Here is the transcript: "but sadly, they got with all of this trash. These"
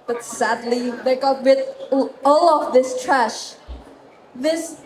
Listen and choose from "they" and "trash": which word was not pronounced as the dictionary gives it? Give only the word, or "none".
none